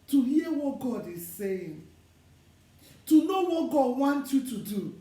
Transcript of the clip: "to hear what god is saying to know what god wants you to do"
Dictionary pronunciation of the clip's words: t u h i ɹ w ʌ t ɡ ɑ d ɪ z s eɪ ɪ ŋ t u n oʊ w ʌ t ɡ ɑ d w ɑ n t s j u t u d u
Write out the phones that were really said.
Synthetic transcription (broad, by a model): t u h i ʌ w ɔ t ɡ ɑ d ɪ z s eɪ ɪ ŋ t u n oʊ w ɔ t ɡ ɑ d w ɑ n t j u t u d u